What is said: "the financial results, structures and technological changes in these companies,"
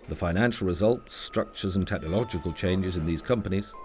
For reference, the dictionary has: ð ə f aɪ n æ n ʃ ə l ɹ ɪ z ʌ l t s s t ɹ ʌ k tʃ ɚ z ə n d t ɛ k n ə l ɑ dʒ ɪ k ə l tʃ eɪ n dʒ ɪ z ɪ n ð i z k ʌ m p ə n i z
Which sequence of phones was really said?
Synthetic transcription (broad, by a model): ð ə f aɪ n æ n ʃ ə l ɹ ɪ z ʌ l t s s t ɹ ʌ k tʃ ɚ z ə n t ɛ k n ə l ɑ dʒ ɪ k ə l tʃ eɪ n dʒ ɪ z ɪ n ð i z k ʌ m p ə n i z